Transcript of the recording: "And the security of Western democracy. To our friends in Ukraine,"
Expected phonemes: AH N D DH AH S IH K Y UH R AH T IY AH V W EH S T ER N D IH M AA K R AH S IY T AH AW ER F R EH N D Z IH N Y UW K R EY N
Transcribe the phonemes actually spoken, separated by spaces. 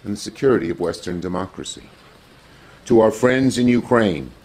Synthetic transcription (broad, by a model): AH N DH AH S IH K Y UH R AH T IY AH V W EH S T ER N D IH M AA K R AH S IY T AH AW ER F R EH N D Z IH N Y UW K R EY N